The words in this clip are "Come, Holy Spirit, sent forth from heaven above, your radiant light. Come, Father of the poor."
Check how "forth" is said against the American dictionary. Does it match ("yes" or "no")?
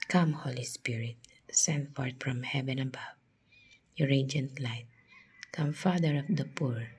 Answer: no